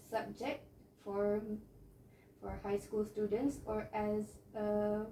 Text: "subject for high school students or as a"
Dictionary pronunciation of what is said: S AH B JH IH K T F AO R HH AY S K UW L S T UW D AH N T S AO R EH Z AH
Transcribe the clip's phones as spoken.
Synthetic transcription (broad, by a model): S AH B JH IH K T F AO R HH AY S K UW L S T UW D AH N T S AO R EH Z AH